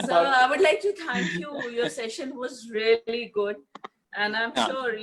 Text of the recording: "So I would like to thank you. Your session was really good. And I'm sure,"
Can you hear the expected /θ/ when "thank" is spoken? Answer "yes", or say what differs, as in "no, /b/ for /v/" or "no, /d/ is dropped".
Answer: no, /t/ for /θ/